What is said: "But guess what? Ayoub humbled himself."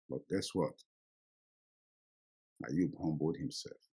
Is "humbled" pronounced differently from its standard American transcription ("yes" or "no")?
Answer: yes